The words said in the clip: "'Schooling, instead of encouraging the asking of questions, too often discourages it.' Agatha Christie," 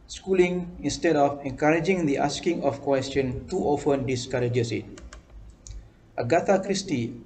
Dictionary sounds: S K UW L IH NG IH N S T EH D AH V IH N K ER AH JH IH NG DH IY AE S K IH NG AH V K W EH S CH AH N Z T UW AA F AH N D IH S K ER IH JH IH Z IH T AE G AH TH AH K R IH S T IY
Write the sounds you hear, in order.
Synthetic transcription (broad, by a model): S K UW L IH NG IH N S T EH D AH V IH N K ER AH JH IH NG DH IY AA S K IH NG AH F K W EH S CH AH N T UW AA F AH N D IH S K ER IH JH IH S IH T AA G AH T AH K R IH S T IY